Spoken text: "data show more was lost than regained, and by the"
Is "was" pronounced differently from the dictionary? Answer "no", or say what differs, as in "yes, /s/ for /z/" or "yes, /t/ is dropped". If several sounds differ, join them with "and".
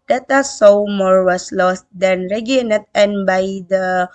yes, /s/ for /z/